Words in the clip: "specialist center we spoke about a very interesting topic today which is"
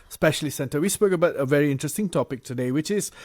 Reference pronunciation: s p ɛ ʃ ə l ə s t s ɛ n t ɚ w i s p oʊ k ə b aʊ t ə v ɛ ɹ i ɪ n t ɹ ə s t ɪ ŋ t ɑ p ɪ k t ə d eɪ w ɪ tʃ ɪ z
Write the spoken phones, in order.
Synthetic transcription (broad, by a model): s p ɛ ʃ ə l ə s s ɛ n t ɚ w i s b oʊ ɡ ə b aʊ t ə v ɛ ɹ i ɪ n t ɹ ə s t ɪ ŋ t ɑ p ɪ k t ə d eɪ w ɪ tʃ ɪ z